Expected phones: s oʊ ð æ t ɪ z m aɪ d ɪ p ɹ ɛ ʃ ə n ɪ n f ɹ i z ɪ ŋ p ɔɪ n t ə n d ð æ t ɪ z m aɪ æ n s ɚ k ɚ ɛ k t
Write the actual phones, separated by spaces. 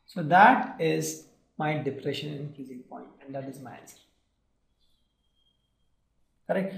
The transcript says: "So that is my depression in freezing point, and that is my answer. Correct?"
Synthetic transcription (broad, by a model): s oʊ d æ t ɪ z m aɪ d ɪ p ɹ ɛ ʃ ə n ɪ n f i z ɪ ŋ p ɔɪ n t ə n d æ t ɪ z m aɪ æ n s ɚ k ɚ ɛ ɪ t